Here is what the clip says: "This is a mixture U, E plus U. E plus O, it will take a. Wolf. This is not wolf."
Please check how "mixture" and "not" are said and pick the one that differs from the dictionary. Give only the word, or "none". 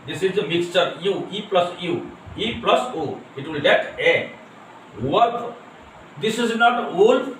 none